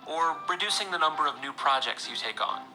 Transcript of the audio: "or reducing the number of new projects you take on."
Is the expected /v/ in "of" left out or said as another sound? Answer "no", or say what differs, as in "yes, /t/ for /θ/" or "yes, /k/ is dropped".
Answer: no